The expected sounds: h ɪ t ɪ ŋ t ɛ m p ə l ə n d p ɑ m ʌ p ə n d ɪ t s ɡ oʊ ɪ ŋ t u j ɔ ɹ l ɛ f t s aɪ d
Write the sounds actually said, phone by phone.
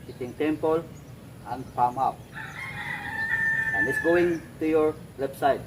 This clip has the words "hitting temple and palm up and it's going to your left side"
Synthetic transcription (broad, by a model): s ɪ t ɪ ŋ t ɛ m p ə l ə n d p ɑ m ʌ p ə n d ɪ t s ɡ oʊ ɪ ŋ t u j ɔ ɹ w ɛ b s aɪ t